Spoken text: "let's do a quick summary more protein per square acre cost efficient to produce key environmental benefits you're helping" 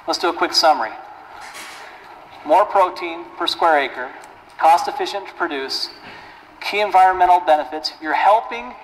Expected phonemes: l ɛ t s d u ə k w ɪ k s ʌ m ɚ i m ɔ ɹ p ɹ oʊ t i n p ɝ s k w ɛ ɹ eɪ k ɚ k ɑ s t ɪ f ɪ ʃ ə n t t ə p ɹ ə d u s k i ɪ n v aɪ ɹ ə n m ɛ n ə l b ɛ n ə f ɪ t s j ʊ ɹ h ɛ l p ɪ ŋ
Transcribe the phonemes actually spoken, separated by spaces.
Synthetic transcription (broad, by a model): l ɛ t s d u ə k w ɪ k s ʌ m ɚ i m ɔ ɹ p ɹ oʊ t i n p ɝ s k w ɛ ɹ eɪ k ɚ k ɑ s t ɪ f ɪ ʃ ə n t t p ɹ ə d u s k i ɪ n v aɪ ɹ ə n m ɛ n l b ɛ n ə f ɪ t s j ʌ ɹ h ɛ l p ɪ ŋ